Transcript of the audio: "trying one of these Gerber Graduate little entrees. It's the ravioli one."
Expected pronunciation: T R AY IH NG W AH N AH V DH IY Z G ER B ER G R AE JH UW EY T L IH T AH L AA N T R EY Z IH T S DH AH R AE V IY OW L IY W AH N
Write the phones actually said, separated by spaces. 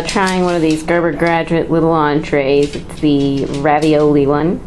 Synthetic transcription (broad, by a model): T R AY IH NG W AH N AH V DH IY Z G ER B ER G R AE JH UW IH T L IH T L AA N T R EY Z IH T S DH AH R AE V IY OW L IY W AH N